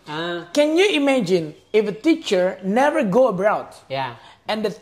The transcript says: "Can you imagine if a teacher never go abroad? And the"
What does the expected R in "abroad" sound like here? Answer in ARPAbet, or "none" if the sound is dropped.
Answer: none